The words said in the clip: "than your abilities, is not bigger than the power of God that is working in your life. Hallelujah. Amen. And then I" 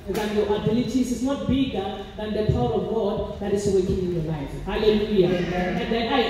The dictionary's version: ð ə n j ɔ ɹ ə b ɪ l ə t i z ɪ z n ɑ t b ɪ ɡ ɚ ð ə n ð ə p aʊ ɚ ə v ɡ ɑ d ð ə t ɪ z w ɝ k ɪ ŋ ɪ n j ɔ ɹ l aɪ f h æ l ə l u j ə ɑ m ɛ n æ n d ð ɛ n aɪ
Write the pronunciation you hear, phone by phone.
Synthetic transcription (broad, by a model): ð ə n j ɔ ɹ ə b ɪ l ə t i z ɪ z n ɑ t b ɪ ɡ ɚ ð ə n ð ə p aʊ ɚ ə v ɡ ɑ d ð ə t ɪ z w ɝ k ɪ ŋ ɪ n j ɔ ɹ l aɪ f h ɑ l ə l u j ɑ ɛ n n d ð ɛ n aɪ